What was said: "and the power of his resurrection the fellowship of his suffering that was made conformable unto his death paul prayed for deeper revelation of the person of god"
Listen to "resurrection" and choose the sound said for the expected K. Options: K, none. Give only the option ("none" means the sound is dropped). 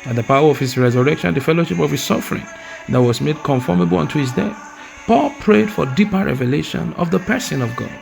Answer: K